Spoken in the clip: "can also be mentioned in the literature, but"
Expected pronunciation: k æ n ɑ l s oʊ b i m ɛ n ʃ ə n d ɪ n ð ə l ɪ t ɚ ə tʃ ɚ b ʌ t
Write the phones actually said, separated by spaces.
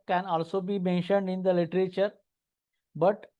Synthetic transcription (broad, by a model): k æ n ɑ l s oʊ b i m ɛ n ʃ ə n d ɪ n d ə l ɪ t ɚ ə tʃ ɚ b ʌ t